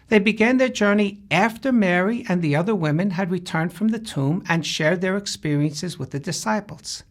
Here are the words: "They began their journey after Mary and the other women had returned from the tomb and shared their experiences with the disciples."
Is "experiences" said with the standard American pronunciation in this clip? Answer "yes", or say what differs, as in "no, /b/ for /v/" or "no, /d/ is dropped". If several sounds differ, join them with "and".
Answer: yes